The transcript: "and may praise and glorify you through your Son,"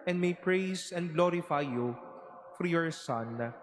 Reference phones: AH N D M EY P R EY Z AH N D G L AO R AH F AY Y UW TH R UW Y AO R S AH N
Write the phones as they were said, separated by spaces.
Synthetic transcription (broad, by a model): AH N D M EY P R EY S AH N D G L AO R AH F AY Y UW F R Y AO R S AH N